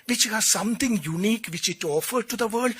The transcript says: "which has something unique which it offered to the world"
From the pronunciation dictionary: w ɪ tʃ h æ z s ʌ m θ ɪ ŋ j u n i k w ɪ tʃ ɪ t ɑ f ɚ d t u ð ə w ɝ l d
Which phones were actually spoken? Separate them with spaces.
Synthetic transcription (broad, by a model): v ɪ tʃ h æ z s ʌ m t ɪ ŋ j u n i k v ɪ tʃ ɪ t ɑ f ɚ d t u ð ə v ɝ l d